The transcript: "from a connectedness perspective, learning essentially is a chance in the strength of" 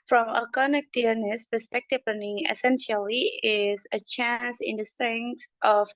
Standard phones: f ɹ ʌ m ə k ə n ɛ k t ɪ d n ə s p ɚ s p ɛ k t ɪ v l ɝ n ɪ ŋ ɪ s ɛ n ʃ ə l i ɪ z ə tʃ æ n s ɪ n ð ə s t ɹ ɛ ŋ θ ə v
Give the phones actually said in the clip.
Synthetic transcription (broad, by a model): f ɹ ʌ m ə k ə n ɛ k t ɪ n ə s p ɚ s p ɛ k t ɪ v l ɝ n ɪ ŋ ɪ s ɛ n ʃ ə l i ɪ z ə tʃ æ n s ɪ n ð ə s t ɹ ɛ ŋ t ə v